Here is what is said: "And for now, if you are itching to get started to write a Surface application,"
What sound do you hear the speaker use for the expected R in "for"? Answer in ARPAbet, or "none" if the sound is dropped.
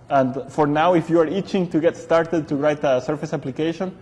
R